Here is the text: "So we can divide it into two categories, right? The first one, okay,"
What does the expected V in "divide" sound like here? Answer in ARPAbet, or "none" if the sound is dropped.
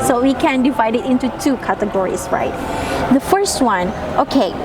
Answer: V